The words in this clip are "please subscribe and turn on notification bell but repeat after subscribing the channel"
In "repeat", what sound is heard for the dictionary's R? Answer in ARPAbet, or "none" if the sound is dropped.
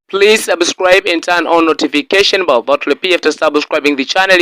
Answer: L